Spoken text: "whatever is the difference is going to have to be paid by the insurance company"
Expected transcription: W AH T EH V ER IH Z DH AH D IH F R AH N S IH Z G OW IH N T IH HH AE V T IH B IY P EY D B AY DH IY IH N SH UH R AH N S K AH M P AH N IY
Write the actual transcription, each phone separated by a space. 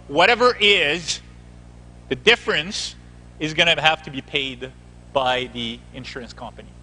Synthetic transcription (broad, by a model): W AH T EH V ER IH Z DH AH D IH F R AH N S IH Z G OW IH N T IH HH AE F T IH B IY P EY D B AY DH IY IH N SH UH R AH N S K AH M P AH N IY